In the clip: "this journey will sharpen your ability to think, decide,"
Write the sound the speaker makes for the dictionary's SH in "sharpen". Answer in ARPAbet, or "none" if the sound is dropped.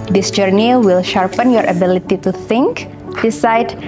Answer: SH